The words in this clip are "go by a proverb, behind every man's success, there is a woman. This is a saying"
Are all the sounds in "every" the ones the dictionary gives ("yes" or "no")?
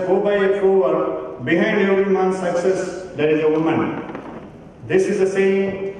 no